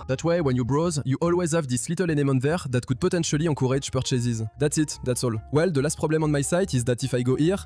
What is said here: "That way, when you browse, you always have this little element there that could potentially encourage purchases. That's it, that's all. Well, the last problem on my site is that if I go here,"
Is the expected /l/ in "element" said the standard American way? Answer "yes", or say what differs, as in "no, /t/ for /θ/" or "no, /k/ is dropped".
no, /n/ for /l/